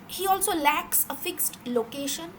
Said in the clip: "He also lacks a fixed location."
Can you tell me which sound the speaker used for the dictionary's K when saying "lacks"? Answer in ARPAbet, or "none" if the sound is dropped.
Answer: K